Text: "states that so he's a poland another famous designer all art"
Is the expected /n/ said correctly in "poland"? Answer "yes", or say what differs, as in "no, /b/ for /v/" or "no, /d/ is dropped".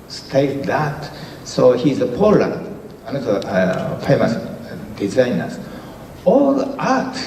no, /n/ is dropped